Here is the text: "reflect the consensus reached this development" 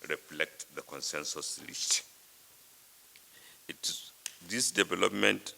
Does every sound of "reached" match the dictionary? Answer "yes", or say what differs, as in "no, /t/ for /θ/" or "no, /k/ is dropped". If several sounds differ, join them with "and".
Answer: no, /l/ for /ɹ/ and /s/ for /tʃ/